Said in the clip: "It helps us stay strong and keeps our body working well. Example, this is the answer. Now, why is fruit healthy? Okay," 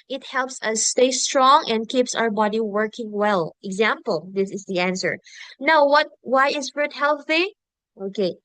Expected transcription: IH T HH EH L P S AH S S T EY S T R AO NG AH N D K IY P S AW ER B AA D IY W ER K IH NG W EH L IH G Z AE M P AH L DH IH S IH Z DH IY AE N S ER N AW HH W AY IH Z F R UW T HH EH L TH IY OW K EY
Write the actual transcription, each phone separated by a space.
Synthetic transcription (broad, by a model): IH T HH EH L P S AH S S T EY S T R AO NG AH N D K IY P S AW ER B AA D IY W ER K IH NG W EH L IH G Z AE M P AH L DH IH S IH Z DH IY AE N S ER N AW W W AY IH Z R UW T HH EH L TH IY OW K EY